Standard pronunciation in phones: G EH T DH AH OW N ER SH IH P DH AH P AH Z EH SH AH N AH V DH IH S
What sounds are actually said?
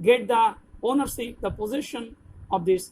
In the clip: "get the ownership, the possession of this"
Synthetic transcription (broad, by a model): G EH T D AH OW N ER S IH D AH P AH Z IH SH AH N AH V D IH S